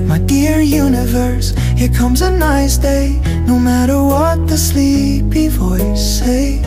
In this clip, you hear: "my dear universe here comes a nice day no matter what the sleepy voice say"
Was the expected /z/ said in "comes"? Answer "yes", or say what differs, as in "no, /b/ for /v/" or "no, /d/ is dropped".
yes